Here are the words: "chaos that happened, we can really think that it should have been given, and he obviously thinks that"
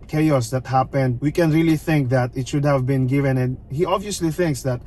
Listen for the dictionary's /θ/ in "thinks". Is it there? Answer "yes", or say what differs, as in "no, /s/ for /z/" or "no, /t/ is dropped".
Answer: yes